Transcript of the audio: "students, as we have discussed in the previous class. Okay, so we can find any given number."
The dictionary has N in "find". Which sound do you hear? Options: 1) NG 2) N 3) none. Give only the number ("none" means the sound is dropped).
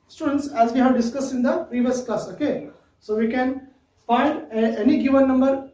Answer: 3